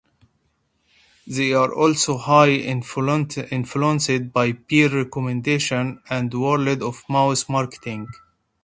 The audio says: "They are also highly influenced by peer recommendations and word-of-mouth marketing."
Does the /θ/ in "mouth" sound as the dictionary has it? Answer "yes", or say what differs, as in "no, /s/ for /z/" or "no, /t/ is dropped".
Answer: no, /s/ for /θ/